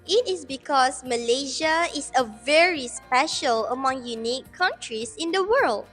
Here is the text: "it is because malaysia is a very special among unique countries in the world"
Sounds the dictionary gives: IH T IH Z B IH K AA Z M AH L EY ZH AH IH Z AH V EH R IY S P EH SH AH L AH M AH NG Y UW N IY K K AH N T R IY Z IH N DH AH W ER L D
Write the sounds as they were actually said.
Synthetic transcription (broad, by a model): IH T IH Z B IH K AA S M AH L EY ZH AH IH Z AH V EH R IY S P EH SH AH L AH M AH NG Y UW N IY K K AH N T R IY S IH N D AH W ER L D